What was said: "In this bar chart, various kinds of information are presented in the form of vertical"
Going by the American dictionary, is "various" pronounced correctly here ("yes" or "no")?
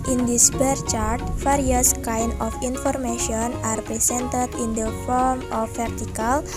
no